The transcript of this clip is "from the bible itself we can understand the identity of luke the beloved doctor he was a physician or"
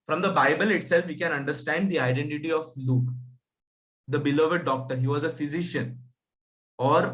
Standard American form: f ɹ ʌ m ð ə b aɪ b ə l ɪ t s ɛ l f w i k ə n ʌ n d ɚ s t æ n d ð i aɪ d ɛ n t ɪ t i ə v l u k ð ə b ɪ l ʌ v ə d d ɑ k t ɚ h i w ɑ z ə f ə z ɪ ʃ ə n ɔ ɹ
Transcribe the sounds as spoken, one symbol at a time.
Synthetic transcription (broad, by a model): f ɹ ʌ m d ə b aɪ b ə l ɪ t s ɛ l f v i k ə n ʌ n d ɚ s t æ n d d i aɪ d ɛ n t ɪ t i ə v l u k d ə b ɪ l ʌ v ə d d ɑ k t ɚ h i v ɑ z ə f ə z ɪ ʃ ə n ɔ ɹ